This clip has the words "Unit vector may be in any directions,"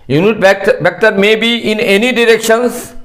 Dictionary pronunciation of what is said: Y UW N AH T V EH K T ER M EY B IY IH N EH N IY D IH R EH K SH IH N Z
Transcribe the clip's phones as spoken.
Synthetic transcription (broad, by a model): Y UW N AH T B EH K T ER M EY B IY IH N EH N IY D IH R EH K SH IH N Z